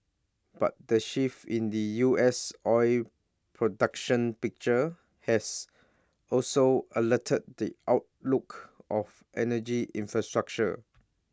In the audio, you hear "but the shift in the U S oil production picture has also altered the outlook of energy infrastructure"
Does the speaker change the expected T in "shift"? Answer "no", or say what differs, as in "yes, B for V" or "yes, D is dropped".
yes, T is dropped